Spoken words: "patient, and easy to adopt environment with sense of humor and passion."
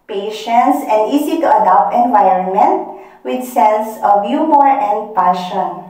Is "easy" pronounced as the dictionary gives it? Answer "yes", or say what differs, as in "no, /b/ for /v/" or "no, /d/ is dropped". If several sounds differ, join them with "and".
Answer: no, /s/ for /z/